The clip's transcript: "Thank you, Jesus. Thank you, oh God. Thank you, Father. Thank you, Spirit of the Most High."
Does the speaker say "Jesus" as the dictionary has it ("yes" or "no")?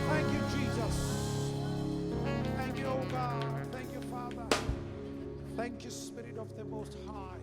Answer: yes